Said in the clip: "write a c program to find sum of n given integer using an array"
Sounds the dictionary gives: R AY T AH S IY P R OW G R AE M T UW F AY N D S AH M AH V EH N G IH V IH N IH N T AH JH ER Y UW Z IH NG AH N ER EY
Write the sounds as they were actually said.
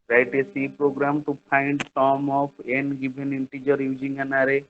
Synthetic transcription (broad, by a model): R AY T AH S IY P R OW G R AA M T UW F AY N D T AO M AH P EH N G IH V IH N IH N T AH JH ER Y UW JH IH NG AH N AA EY